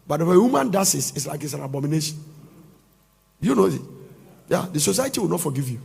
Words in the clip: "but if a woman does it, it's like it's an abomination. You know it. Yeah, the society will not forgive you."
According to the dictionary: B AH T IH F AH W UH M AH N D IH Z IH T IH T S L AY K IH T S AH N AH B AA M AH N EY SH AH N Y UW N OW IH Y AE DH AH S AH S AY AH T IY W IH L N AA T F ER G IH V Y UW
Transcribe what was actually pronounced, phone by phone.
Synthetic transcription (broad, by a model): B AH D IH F AH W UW M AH N D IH S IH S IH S L AY K IH T S AH N AH B AA M AH N EY SH AH N Y UW N OW IH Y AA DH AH S AH S AY AH T IY W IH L N AA T F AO G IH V Y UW